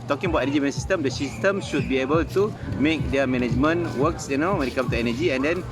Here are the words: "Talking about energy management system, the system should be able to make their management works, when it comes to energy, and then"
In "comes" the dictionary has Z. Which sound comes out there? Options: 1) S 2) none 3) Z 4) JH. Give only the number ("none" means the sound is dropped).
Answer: 2